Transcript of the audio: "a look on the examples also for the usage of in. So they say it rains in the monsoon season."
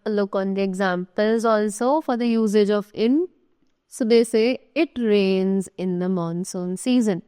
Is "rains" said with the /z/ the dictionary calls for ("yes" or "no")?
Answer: yes